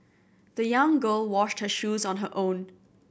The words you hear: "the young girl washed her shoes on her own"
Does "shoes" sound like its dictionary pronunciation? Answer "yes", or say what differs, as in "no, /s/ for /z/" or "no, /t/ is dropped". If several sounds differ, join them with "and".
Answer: yes